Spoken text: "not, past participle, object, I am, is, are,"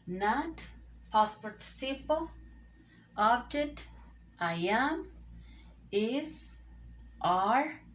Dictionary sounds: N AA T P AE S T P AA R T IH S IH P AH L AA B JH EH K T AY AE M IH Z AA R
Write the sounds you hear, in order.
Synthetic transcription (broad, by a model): N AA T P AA S P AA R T S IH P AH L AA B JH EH T AY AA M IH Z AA R